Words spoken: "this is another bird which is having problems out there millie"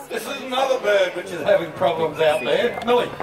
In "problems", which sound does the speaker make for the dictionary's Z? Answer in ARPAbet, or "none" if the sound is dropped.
Z